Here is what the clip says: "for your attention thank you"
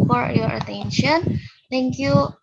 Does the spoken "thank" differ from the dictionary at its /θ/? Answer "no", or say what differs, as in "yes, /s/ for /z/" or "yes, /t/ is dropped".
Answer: yes, /t/ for /θ/